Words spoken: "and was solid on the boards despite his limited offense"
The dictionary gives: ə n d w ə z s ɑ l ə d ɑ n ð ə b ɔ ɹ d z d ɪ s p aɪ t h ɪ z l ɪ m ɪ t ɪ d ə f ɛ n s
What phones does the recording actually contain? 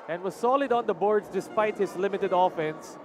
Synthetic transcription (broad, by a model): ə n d w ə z s ɑ l ə d ɑ n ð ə b ɔ ɹ d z d ɪ s p aɪ t h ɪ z l ɪ m ɪ t ɪ d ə f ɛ n s